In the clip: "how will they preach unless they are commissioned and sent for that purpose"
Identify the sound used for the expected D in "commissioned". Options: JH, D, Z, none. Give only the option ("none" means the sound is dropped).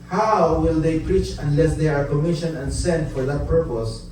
none